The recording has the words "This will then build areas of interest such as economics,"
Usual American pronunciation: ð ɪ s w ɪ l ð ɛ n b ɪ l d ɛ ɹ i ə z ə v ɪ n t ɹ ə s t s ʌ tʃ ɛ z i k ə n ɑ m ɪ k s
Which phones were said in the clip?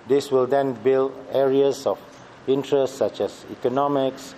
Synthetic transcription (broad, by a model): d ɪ s w ɪ l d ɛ n b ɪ l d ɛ ɹ i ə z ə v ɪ n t ɹ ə s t s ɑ tʃ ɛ s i k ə n ɑ m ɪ k s